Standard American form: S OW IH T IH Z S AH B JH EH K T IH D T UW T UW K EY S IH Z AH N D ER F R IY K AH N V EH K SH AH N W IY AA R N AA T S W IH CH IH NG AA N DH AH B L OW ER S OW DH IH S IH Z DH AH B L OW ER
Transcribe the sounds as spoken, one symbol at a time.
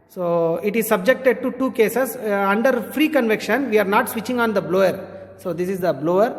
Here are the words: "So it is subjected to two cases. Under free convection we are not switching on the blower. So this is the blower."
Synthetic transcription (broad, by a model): S OW IH T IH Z S AH B JH EH K T IH D T UW T UW K EY S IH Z AH N D ER F R IY K AH N V EH K SH AH N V IY AA R N AA T S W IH CH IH NG AA N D AH B L OW ER S OW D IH S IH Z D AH B L OW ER